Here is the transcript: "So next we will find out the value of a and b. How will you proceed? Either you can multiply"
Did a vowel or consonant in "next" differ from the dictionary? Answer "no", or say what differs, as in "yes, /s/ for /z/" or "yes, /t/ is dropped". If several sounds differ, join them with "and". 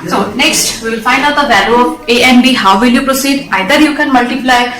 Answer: no